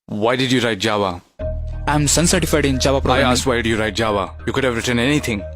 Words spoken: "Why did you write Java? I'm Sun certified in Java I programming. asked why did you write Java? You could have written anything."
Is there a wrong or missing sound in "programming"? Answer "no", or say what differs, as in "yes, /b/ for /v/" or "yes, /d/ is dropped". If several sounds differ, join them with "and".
yes, /m/ is dropped